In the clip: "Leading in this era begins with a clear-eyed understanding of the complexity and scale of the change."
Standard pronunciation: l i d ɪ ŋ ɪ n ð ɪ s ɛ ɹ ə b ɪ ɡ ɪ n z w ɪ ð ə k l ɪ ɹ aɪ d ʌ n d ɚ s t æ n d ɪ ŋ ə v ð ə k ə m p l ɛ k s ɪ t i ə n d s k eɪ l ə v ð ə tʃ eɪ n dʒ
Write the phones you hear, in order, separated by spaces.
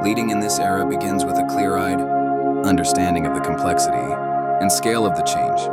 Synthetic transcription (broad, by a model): l i d ɪ ŋ ɪ n ð ɪ s ɛ ɹ ə b ɪ ɡ ɪ n z w ɪ ð ə k l ɪ ɹ aɪ d ʌ n d ɚ s t æ n d ɪ ŋ ə v ð ə k m p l ɛ k s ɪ t i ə n s k eɪ l ə v ð ə tʃ eɪ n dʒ